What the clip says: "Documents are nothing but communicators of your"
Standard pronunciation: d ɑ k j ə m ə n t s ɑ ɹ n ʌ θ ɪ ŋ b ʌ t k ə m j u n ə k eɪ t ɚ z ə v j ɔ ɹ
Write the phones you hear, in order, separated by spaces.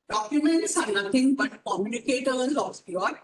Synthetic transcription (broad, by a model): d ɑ k j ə m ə n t s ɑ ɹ n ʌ t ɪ ŋ b ʌ t k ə m j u n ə k eɪ t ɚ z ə p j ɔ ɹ